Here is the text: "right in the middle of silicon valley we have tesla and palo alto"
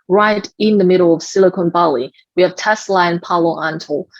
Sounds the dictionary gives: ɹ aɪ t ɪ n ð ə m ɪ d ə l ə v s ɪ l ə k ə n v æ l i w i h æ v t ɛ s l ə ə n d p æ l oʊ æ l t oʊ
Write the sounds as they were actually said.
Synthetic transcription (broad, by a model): ɹ aɪ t ɪ n ð ə m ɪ d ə l ə v s ɪ l ə k ə n b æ l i w i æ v t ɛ s l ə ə n p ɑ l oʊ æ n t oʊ